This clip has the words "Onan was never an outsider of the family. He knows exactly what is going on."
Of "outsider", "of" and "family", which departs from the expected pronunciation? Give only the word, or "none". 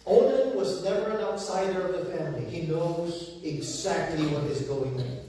none